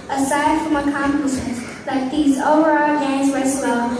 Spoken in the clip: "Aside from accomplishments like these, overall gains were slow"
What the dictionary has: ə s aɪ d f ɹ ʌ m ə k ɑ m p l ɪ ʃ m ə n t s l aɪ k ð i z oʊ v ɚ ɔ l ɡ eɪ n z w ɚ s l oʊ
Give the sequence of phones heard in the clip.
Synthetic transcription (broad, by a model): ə s aɪ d f ɹ ʌ m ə k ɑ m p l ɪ s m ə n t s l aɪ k ð i z oʊ v ɚ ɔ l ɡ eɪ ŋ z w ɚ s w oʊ